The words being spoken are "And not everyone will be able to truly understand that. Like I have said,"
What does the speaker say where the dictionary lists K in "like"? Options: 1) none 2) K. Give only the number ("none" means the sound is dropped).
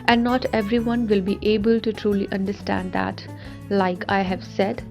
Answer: 2